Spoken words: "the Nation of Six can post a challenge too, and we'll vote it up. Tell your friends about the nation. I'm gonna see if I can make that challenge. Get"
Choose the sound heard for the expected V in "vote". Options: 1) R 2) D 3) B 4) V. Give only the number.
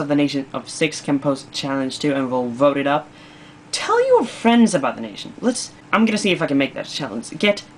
4